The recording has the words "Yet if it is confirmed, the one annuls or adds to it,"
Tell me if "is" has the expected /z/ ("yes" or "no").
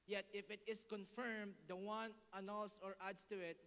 no